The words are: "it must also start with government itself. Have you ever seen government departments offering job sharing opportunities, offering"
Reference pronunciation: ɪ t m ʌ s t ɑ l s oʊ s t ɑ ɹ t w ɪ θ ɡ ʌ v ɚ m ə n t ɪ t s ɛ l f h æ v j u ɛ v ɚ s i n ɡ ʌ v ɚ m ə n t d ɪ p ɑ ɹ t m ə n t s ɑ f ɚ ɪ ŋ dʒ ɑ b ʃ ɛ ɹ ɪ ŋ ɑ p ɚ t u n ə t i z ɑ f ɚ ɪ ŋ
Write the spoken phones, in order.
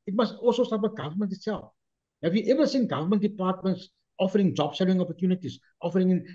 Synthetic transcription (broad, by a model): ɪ t m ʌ s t ɑ l s oʊ s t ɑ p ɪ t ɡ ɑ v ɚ m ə n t ɪ t s ɛ l f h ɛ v j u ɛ v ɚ s i n ɡ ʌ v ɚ m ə n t d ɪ p ɑ t m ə n t s ɑ f ɚ ɪ ŋ dʒ ɑ b s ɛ l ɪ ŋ ɑ p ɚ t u n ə t i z ɑ f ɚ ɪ ŋ